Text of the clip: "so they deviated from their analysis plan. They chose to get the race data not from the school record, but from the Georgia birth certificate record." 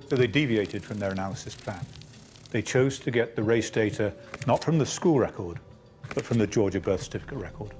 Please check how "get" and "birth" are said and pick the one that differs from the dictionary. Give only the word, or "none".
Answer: none